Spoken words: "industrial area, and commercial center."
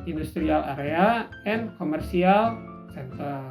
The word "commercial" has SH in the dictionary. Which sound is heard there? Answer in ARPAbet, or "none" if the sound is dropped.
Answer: S